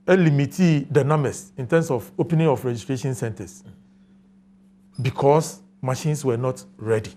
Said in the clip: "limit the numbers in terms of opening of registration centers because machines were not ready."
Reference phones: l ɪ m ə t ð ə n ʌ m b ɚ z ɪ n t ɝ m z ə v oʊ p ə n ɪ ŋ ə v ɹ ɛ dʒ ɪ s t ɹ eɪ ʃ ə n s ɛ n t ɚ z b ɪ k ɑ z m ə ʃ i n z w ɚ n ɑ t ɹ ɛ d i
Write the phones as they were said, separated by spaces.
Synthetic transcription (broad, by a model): l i m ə t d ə n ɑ m ɚ s ɪ n t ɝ m s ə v oʊ p ə n ɪ ŋ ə f ɹ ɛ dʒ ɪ s t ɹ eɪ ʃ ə n s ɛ n t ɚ s b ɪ k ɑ s m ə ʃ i n s w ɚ n ɑ t ɹ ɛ d i